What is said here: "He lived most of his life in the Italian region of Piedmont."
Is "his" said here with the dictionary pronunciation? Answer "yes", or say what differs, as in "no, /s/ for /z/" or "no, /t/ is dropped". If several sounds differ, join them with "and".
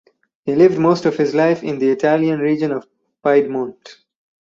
yes